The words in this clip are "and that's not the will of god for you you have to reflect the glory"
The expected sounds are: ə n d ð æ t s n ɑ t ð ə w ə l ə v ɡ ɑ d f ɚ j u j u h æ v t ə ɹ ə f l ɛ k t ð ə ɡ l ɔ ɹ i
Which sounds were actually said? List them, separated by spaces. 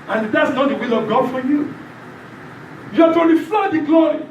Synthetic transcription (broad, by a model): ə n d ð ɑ t s n ɑ t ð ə w ə l ə v ɡ ɑ d f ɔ j u j u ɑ t ə l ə f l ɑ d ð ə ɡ l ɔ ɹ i